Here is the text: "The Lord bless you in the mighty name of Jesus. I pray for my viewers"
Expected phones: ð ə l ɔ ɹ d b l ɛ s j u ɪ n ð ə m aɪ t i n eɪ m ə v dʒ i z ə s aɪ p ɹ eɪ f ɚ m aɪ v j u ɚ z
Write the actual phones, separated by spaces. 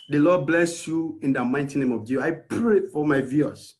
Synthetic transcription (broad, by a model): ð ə l ɔ d b l ɛ s j u ɪ n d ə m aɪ t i n eɪ m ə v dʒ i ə ɪ p ɹ eɪ f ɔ m aɪ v j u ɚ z